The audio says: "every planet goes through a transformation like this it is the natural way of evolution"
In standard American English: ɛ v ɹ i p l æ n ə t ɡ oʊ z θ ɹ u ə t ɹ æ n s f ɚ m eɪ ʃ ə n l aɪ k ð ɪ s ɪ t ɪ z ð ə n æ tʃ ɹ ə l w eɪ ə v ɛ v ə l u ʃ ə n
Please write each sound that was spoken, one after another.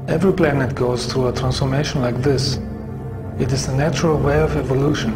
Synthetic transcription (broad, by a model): ɛ v ɹ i p l æ n ə t ɡ oʊ z θ ɹ u ə t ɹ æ n s f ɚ m eɪ ʃ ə n l aɪ k ð ɪ s ɪ t ɪ z ð ə n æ tʃ ɹ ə l w eɪ ə v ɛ v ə l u ʃ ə n